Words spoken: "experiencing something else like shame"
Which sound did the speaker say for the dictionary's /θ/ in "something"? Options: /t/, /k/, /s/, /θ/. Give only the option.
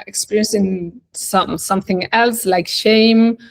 /θ/